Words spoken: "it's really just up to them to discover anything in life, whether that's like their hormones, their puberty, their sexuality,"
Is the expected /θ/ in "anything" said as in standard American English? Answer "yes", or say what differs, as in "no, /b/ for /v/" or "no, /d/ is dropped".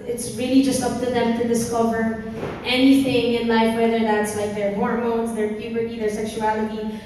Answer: yes